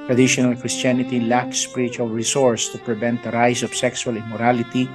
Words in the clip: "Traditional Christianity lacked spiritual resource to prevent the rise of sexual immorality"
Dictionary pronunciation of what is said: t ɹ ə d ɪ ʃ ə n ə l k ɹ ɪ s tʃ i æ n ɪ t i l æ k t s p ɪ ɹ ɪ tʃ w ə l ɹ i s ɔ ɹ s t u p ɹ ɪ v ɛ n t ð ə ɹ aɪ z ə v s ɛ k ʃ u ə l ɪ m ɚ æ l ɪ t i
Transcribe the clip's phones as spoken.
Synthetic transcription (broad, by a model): t ɹ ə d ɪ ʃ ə n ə l k ɹ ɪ s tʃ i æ n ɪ t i l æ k s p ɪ ɹ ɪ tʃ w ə l ɹ i s ɔ ɹ s t u p ɹ ɪ v ɛ n t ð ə ɹ aɪ s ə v s ɛ k s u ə l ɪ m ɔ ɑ l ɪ t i